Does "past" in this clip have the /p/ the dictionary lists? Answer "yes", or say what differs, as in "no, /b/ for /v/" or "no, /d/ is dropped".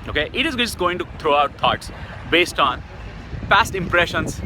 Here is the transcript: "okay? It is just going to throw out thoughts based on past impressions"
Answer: no, /f/ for /p/